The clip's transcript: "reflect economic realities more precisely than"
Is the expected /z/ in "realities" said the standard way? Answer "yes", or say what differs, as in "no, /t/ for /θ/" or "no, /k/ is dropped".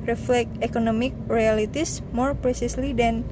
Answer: no, /s/ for /z/